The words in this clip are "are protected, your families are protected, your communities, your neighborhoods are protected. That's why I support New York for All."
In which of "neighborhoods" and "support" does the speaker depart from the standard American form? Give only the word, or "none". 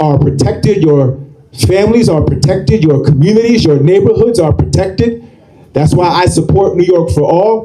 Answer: none